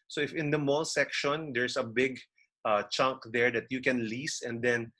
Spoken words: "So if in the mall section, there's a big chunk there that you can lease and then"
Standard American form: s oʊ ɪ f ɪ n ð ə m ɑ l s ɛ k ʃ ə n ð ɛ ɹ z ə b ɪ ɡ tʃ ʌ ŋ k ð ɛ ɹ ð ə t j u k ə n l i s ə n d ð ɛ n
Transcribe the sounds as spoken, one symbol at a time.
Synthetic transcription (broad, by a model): s oʊ ɪ f ɪ n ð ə m ɑ l s ɛ k ʃ ə n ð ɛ ɹ s ə b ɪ ɡ tʃ ʌ ŋ k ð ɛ ɹ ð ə t j u k ə n l i s ə n d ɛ n